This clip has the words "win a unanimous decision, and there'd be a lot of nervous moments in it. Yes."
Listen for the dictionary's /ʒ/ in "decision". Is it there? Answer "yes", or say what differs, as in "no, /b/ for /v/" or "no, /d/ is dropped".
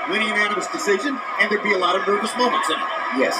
yes